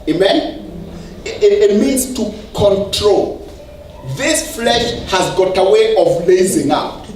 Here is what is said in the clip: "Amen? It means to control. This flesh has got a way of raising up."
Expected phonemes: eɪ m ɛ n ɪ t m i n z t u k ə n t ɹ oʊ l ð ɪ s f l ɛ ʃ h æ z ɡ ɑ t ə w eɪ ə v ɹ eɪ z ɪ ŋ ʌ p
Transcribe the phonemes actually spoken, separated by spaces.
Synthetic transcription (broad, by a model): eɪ m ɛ n ɪ t m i n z t u k ə n t ɹ oʊ l ð ɪ s f l ɛ ʃ h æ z ɡ ɑ t ə w eɪ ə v l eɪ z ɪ ŋ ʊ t